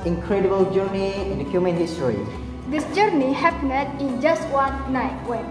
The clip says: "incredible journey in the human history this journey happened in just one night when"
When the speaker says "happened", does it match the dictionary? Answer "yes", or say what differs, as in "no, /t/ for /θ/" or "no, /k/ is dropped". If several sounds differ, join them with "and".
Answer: no, /n/ is dropped